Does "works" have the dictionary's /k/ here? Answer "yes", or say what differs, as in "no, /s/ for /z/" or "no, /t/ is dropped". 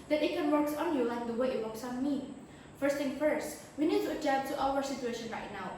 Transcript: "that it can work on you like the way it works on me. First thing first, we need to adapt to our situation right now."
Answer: no, /k/ is dropped